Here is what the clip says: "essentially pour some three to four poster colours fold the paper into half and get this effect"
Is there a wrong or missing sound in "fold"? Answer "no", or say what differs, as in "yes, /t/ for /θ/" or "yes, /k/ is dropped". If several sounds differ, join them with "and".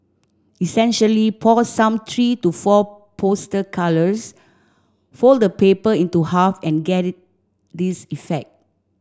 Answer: no